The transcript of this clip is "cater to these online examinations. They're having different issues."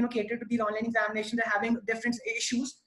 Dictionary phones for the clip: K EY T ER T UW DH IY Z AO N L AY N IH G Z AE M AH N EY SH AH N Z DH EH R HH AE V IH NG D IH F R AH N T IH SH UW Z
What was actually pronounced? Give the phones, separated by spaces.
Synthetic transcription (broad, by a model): K EY T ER T UW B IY AO N L AY N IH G Z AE M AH N EY SH AH N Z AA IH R HH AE V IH NG D IH F R AH N T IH SH UW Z